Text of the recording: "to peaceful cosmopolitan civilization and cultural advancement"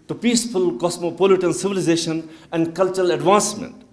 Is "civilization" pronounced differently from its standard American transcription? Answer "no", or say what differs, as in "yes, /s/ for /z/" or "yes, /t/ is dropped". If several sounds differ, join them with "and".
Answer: no